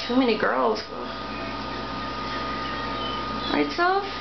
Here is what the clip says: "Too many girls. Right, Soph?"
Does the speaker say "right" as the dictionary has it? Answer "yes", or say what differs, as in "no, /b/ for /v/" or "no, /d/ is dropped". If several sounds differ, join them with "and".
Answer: no, /w/ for /ɹ/